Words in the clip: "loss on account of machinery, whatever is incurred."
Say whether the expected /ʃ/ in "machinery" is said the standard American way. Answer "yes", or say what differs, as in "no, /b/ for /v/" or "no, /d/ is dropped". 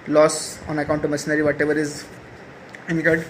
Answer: no, /s/ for /ʃ/